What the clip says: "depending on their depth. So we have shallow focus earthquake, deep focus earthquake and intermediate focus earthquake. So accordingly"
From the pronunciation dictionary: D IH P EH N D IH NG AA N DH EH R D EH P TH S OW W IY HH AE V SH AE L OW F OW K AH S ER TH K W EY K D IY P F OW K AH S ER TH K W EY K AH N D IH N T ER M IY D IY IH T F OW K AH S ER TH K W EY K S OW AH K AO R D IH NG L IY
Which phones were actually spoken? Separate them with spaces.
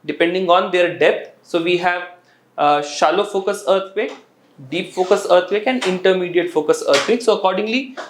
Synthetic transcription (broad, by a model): D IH P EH N D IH NG AA N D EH R D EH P T S OW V IY HH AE V SH AE L OW F OW K AH S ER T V EY K D IY P F OW K AH S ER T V EY K AH N D IH N T ER M IY D IY IH T F OW K AH S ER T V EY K S OW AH K AO R D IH NG L IY